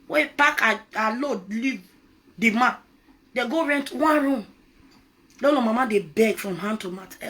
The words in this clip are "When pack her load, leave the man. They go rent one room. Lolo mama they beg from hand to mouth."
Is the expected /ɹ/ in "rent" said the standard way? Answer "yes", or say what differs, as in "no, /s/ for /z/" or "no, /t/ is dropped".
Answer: yes